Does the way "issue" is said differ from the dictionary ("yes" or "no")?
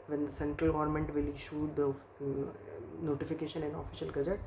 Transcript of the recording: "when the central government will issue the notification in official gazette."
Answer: no